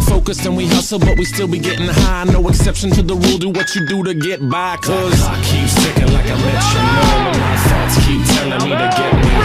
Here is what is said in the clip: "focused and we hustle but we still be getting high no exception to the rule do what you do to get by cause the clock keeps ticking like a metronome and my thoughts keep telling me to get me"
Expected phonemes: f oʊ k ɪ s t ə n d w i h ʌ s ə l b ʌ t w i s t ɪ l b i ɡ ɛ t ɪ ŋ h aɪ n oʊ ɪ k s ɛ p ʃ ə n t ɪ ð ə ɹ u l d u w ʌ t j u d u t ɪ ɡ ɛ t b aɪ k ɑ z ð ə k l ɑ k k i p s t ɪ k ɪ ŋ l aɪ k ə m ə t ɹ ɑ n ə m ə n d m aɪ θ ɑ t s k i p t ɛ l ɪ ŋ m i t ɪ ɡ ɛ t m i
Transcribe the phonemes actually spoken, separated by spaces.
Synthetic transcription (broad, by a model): f oʊ k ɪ s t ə n w i h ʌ s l b ʌ t w i s t ɪ l b i ɡ ɛ t ɪ ŋ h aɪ n oʊ ɪ k s ɛ p ʃ ə n t ɪ ð ə ɹ u l d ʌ w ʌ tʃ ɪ d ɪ t ɪ ɡ ɛ t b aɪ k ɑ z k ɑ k k i p s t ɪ k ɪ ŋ l aɪ k ə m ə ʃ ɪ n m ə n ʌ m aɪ t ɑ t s k i p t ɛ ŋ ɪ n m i t ɪ ɡ ɛ t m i